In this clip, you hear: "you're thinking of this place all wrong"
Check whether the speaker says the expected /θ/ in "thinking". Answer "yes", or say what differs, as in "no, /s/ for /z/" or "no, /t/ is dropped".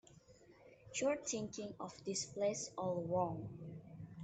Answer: no, /t/ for /θ/